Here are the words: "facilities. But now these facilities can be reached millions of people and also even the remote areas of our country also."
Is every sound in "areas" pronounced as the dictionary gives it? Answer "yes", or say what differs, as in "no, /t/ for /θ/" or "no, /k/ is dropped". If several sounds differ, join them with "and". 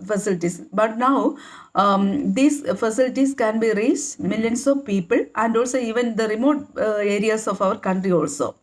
no, /s/ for /z/